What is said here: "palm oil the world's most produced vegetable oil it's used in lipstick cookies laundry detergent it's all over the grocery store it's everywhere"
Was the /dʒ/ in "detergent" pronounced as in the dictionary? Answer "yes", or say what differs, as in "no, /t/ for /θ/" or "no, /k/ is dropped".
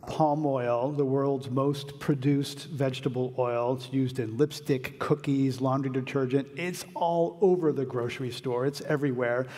yes